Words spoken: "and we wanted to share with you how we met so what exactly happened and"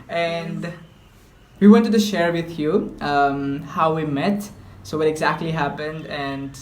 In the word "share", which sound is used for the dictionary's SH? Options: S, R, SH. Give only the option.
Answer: SH